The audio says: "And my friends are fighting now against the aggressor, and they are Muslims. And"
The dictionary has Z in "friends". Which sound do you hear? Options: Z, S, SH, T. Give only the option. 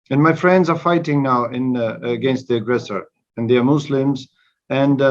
Z